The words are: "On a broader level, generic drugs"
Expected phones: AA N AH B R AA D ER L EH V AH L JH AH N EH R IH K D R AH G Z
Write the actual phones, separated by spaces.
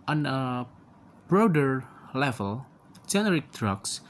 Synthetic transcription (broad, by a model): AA N AH B R AA D ER L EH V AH L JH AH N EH R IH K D R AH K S